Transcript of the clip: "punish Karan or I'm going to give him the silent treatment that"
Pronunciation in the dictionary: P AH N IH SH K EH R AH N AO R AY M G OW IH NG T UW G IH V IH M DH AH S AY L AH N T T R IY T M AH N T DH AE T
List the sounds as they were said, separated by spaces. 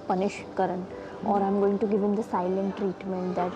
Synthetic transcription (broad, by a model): P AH N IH SH K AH R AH N AO R AY M G OW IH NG T UW G IH V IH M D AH S AY L AH N T T R IY T M AH N T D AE T